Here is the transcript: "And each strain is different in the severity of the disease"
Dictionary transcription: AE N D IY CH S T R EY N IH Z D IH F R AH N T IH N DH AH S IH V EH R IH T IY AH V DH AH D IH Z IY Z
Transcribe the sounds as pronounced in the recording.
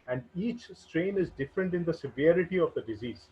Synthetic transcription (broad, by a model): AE N D IY CH S T R EY N IH Z D IH F R AH N T IH N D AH S IH V EH R IH T IY AH V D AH D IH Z IY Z